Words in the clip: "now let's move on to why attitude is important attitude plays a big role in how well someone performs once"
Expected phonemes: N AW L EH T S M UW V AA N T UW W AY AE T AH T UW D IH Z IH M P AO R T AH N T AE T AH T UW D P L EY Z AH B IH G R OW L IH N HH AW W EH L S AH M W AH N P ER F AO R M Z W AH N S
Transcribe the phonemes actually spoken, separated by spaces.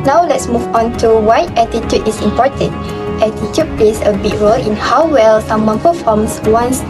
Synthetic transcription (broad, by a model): N AW L EH T S M UW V AA N T UW W AY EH T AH T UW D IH S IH M P AO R T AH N T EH T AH T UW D P L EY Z AH B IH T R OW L IH N HH AW W EH L S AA M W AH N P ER F AO M S W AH N S